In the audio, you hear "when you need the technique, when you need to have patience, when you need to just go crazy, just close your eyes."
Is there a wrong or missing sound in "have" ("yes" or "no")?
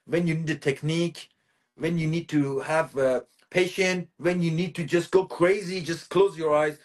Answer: no